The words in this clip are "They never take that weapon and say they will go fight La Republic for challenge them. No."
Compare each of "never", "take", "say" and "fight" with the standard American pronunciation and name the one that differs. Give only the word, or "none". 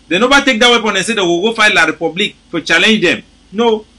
never